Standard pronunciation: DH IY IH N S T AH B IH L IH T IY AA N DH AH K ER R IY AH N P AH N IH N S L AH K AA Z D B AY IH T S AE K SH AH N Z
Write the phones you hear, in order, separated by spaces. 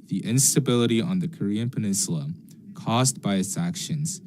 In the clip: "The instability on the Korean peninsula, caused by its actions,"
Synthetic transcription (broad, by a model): DH IY IH N S T AH B IH L IH T IY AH N DH AH K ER R IY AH N P AH N IH N S L AH K AA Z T B AY IH T S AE K SH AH N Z